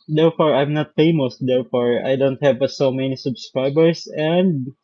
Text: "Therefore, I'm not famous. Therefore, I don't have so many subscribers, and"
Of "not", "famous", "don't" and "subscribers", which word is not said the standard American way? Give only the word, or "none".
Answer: subscribers